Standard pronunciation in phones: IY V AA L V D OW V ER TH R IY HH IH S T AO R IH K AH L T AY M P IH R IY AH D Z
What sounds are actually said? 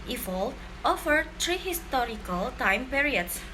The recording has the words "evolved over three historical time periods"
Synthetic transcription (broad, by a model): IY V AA L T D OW F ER T R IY HH IH S T AO R IH K AH L T AY M P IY R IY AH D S